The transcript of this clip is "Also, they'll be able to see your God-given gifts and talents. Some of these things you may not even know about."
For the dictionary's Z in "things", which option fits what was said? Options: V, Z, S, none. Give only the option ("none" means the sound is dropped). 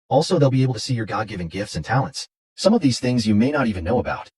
Z